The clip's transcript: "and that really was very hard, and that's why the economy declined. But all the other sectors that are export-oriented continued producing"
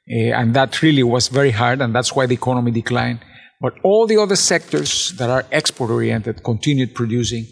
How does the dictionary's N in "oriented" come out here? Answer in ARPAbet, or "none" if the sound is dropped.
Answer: N